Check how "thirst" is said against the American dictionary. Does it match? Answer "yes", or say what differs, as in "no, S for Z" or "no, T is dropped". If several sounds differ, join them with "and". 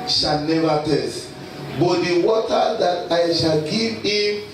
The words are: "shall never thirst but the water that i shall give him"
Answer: no, T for TH